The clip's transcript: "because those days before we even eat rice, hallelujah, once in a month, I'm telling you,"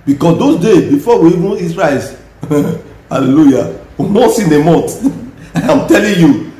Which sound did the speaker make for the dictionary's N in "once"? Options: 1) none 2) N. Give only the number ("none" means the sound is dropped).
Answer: 1